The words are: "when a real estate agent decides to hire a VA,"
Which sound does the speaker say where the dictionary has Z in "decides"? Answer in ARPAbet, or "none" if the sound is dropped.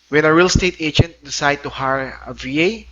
none